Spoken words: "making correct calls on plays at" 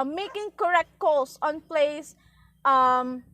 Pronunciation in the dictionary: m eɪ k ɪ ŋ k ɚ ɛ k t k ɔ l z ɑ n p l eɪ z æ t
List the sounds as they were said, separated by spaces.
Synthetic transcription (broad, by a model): m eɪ k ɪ ŋ k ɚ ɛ k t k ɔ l s ɑ n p l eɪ s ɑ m